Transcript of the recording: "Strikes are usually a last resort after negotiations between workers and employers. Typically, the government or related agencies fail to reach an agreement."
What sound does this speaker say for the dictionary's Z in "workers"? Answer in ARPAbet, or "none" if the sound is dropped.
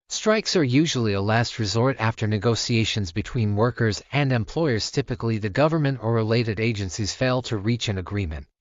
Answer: Z